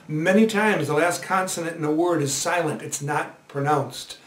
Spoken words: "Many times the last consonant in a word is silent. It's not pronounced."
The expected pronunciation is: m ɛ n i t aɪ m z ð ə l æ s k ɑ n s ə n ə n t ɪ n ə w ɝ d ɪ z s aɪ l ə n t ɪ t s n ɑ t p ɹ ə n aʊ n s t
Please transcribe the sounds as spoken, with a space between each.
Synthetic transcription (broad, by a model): m ɛ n i t aɪ m z ð ə l æ s k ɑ n s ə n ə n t ɪ n ə w ɝ d ɪ z s aɪ l ə n t ɪ t s n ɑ t p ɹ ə n aʊ n s t